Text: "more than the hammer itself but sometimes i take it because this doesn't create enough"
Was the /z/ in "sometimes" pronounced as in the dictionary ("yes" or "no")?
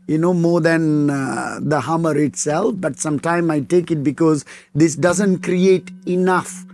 no